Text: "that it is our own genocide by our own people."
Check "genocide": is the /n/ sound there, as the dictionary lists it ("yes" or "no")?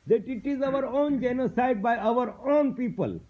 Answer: yes